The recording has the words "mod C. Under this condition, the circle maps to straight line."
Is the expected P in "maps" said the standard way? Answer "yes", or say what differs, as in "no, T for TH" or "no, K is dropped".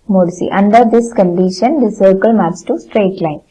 no, P is dropped